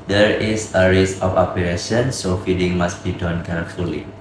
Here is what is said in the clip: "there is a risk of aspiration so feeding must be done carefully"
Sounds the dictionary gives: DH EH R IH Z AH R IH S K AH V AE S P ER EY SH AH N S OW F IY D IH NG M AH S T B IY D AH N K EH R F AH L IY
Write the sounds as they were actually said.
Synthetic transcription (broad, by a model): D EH R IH S AH R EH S AH F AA P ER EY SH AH N S OW F IY D IH NG M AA S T B IY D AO N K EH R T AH L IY